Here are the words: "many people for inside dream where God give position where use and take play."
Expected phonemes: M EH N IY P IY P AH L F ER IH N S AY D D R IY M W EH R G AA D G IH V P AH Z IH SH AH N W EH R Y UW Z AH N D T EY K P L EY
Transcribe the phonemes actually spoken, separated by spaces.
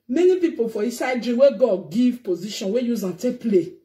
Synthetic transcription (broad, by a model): M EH N IY P IY P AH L F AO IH S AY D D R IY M W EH G AA D G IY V P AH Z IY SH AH N W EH Y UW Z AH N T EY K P L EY